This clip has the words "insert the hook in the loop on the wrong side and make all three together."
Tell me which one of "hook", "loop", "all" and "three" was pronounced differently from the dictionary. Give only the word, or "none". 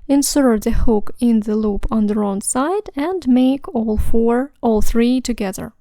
none